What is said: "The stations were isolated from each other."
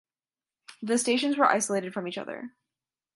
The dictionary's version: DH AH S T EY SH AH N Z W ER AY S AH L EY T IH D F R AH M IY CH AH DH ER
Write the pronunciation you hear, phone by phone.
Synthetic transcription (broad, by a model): DH AH S T EY SH AH N Z W ER AY S AH L EY T IH D F R AH M IY CH AH DH ER